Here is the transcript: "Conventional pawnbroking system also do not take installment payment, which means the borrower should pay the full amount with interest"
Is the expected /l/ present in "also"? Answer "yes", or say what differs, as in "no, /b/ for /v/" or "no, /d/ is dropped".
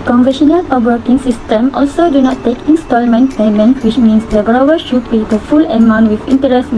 yes